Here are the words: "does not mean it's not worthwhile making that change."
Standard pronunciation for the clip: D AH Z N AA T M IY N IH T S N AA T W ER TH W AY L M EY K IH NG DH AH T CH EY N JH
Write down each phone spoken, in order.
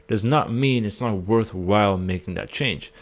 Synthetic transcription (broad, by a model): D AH Z N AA T M IY N IH T S N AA T W ER TH W AY L M EY K IH NG DH AH T CH EY N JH